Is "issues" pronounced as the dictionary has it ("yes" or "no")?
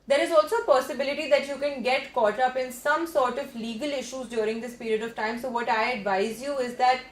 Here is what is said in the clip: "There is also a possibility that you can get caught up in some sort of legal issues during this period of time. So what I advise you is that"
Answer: yes